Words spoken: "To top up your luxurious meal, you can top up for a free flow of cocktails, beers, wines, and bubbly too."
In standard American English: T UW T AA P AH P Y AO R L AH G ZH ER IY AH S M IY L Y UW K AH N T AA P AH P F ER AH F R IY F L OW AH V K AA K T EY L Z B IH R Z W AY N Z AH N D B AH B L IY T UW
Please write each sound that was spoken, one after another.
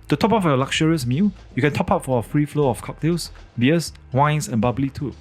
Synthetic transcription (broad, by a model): T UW T AA P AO F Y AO L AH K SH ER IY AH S M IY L Y UW K AH N T AA P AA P F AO AH F R IY F L OW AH F K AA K T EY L S B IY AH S W AY N S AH N B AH B L IY T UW